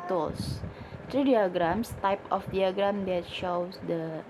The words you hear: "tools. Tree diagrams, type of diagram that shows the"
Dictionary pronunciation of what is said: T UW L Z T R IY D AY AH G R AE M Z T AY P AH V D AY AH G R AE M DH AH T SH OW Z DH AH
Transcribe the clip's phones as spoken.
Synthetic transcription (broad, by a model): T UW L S T R IY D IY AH G R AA M S T AY P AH F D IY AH G R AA M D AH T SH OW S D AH